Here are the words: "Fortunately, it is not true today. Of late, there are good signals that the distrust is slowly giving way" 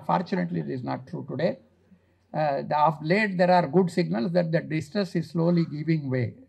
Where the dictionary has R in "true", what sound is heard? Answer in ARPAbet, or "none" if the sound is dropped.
R